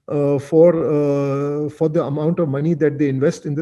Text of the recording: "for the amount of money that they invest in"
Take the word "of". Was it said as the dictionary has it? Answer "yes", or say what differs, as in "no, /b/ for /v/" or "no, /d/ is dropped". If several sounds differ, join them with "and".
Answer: yes